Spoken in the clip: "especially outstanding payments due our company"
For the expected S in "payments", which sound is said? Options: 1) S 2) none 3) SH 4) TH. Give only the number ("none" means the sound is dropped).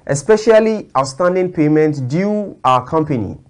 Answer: 2